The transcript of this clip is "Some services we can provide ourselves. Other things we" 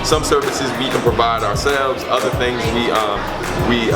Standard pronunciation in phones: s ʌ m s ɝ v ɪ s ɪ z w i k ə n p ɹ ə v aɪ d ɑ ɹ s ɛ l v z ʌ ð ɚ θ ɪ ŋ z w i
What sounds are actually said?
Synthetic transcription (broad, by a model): s ʌ m s ɝ v ɪ s ɪ z w i k ə n p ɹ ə v aɪ d ɑ ɹ s ɛ l v z ʌ ð ɚ θ ɪ ŋ z w i